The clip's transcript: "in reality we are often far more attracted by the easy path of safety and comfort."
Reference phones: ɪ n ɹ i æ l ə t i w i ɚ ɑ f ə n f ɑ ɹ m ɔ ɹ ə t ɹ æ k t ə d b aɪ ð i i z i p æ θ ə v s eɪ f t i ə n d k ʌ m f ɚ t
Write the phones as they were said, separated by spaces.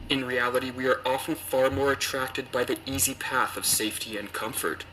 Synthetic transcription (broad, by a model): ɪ n ɹ i æ l ə t i w i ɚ ɑ f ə n f ɑ ɹ m ɔ ɹ ə t ɹ æ k t ə d b aɪ ð i i z i p æ θ ə v s eɪ f t i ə n k ʌ m f ɚ t